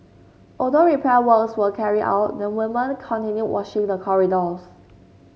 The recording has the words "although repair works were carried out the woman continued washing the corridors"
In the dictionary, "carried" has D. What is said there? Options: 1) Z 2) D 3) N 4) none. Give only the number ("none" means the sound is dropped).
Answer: 4